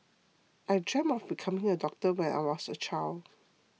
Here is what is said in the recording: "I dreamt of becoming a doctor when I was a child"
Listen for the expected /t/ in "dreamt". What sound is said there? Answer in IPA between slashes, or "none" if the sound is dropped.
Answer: none